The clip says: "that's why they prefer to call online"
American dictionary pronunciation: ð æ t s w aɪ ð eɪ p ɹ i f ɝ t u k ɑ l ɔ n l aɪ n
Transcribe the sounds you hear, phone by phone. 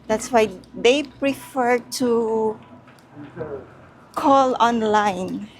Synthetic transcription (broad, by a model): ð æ t s w aɪ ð eɪ p ɹ i f ɝ t u k ɑ l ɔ n l aɪ n